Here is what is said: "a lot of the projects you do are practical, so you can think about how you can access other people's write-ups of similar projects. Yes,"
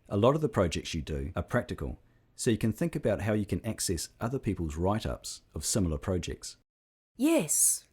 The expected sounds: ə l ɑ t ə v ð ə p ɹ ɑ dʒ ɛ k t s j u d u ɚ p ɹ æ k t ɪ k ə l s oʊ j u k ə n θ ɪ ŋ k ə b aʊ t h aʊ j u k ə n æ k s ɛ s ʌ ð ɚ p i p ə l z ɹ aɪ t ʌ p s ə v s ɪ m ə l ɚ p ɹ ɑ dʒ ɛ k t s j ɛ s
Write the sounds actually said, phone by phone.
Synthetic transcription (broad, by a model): ə l ɑ t ə v ð ə p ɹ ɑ dʒ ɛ k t s j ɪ d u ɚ p ɹ æ k t ɪ k ə l s oʊ j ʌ k ə n θ ɪ ŋ k ə b aʊ t h aʊ j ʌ k ə n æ k s ɛ s ʌ ð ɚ p i p ə l z ɹ aɪ t ʌ p s ə v s ɪ m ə l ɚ p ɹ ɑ dʒ ɛ k t s j ɛ s